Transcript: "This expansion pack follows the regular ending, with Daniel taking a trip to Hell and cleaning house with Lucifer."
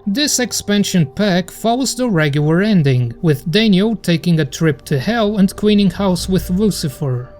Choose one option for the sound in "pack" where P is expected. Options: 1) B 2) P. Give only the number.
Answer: 2